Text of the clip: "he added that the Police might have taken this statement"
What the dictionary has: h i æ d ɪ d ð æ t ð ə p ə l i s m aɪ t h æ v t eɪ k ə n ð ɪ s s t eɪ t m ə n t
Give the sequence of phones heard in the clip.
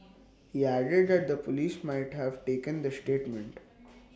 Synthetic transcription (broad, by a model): h i æ d ɪ d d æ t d ə p ə l i s m aɪ t h æ v t eɪ k ə n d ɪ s s t eɪ t m ə n t